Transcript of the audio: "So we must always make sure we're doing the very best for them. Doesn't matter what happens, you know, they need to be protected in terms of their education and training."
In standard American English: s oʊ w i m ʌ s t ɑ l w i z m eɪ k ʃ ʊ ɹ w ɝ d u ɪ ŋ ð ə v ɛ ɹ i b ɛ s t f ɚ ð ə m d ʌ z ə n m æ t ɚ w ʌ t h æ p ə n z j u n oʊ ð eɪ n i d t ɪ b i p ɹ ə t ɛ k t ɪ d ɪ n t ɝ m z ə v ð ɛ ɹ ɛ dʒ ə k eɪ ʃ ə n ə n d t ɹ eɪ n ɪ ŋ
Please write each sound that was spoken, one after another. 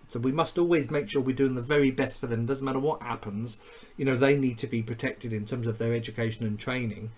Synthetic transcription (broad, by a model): s oʊ w i m ʌ s t ɑ l w i z m eɪ k ʃ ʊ ɹ w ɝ d u ɪ ŋ ð ə v ɛ ɹ i b ɛ s t f ɚ ð ə m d ʌ z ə n m æ t ɚ w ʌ t h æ p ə n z j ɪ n oʊ ð eɪ n i d t ɪ b i p ɹ ə t ɛ k t ɪ d ɪ n t ɝ m z ə v ð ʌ ɹ ɛ dʒ ə k eɪ ʃ ə n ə n t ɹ eɪ n ɪ ŋ